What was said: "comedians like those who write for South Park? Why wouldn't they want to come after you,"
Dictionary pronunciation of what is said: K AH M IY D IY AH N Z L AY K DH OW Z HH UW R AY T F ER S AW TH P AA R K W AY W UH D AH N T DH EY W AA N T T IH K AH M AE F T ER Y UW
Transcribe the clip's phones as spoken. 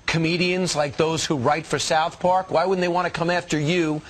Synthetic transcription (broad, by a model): K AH M IY D IY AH N Z L AY K DH OW Z HH UW R AY T F ER S AW TH P AA R K W AY W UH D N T DH EY W AA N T T IH K AH M AE F T ER Y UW